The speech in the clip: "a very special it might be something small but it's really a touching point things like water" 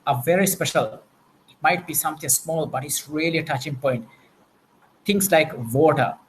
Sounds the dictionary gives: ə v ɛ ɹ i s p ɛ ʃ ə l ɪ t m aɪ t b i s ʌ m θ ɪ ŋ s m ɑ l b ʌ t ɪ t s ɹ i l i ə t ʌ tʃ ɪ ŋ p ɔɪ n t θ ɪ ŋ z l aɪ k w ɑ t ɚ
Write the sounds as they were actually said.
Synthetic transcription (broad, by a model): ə v ɛ ɹ i s p ɛ ʃ ə l ɪ t m aɪ t b i s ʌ m t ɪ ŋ s m ɑ l b ʌ t ɪ t s ɹ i l i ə t ʌ tʃ ɪ ŋ p ɔɪ n t t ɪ ŋ s l aɪ k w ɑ t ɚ